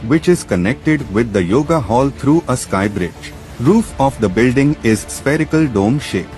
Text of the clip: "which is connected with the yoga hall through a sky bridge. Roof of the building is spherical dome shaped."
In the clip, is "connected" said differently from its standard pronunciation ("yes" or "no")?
no